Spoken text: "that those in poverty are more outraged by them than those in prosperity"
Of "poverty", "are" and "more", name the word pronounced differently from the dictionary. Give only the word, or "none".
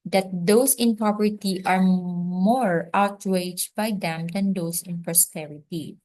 poverty